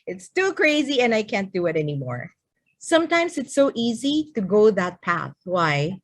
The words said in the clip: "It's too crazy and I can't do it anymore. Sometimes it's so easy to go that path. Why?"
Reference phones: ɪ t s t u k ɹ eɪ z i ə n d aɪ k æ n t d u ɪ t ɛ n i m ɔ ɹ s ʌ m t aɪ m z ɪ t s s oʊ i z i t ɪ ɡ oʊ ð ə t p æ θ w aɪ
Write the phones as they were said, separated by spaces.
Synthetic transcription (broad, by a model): ɪ t s t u k ɹ eɪ z i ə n aɪ k æ n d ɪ ɪ t ɛ n i m ɔ ɹ s ʌ m t aɪ m z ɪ t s s oʊ i z i t ɪ ɡ oʊ ð ə t p æ θ w aɪ